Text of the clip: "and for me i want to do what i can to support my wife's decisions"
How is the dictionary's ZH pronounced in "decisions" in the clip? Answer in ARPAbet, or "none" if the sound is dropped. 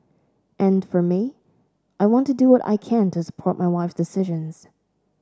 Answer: ZH